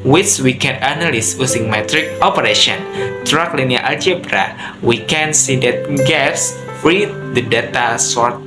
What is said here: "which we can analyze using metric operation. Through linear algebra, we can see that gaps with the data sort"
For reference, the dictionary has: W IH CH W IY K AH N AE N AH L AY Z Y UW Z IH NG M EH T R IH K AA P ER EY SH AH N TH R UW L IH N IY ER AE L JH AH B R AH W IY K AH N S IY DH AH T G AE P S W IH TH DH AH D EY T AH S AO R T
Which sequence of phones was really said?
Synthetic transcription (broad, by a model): W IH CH W IY K AH N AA N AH L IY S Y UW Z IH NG M EH T R IH K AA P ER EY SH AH N T R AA L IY N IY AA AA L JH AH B R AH W IY K AH N S IY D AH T G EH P S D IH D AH D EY T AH S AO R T